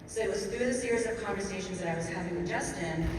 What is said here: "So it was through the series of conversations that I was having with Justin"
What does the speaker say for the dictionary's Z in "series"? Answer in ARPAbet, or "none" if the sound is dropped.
Z